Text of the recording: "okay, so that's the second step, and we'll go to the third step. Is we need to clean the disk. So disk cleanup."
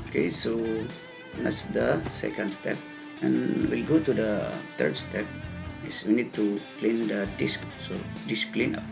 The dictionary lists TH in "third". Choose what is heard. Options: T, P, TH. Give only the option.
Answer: T